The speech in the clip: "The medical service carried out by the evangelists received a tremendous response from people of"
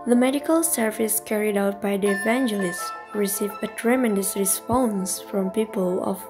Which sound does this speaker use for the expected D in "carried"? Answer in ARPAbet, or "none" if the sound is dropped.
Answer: D